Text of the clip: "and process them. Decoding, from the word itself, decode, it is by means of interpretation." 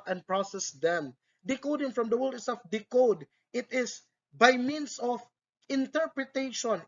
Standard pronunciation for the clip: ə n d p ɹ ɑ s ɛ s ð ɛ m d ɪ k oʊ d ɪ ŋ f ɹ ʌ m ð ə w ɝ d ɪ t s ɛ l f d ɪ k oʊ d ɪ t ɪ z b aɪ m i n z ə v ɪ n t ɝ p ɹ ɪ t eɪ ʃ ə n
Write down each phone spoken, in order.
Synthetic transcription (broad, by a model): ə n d p ɹ ɑ s ɛ s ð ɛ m d ɪ k oʊ d ɪ ŋ f ɹ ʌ m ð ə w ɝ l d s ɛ f d ɪ k oʊ d ɪ t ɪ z b aɪ m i n s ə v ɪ n t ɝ p ɹ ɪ t eɪ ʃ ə n